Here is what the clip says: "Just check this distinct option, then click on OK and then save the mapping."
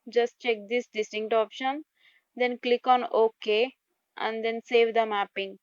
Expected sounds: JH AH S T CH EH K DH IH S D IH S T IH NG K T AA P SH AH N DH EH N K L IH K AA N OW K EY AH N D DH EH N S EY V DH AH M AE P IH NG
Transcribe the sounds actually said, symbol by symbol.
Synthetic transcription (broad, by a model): JH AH S T CH EH K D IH S D IH S T IH NG K T AA P SH AH N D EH N K L IH K AA N OW K EY AH N D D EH N S EY V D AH M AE P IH NG